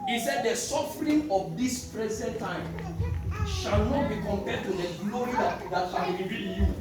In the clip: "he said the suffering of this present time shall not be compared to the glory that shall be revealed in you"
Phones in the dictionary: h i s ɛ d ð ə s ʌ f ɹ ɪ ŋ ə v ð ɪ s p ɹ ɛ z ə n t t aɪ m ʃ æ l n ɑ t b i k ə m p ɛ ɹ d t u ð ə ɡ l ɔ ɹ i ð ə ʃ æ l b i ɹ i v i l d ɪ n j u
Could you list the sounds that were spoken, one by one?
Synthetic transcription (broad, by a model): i s ɛ d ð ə s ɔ f ɹ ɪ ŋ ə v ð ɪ s p ɹ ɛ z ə n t t aɪ m ʃ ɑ l n ɑ t b i k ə m p ɛ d t u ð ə ɡ l ɔ ɹ i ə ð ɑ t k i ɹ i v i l ɪ n j u